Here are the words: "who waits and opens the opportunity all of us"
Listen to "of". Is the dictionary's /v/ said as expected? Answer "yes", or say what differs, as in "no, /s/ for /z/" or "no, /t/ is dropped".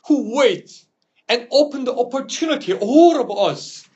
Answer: no, /b/ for /v/